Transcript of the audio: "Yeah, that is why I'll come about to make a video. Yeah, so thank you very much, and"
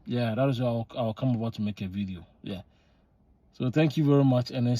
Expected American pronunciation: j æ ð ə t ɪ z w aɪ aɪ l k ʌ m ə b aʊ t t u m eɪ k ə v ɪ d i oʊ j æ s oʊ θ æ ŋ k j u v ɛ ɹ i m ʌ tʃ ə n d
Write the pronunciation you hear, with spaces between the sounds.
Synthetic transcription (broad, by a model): j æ ð ə t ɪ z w aɪ aɪ w k ʌ m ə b aʊ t t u m eɪ k ə v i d i oʊ j æ s oʊ θ æ ŋ k j u v ɛ ɹ i m ʌ tʃ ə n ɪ